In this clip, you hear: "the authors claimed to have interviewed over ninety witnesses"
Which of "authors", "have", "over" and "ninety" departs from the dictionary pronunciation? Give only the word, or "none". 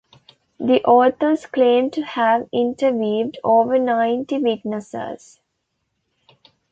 authors